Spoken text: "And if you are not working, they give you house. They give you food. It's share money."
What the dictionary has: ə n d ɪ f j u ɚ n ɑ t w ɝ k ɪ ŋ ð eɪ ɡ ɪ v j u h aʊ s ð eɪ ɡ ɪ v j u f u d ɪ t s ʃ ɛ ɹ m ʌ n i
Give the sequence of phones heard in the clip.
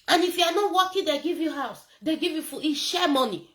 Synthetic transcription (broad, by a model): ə n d ɪ f j u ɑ n ɑ t w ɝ k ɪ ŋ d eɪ ɡ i v j u h aʊ s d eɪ ɡ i v j u f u ɪ ʃ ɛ m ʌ n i